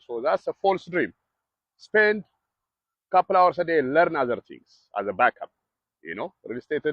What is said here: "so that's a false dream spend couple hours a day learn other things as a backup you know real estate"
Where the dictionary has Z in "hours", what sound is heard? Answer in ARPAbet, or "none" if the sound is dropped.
S